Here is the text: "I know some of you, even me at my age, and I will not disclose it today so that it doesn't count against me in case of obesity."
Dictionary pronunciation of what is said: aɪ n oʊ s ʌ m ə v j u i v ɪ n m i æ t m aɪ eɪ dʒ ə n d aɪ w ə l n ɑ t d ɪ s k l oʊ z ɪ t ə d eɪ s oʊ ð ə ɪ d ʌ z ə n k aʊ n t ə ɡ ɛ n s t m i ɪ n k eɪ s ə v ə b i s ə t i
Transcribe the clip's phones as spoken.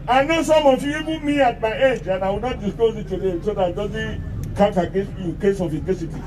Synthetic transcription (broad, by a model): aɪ n oʊ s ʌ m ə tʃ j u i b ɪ m i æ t m aɪ eɪ dʒ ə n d aɪ w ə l n ɑ t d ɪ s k oʊ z ɪ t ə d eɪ s oʊ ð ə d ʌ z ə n k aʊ t ə ɡ ɛ n s t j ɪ k eɪ s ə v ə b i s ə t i